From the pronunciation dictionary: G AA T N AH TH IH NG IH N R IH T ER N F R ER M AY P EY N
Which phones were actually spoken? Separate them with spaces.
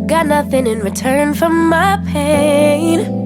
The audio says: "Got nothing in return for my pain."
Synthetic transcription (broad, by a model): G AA T N AH TH IH NG IH N R IH T ER N F R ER M AY P EY N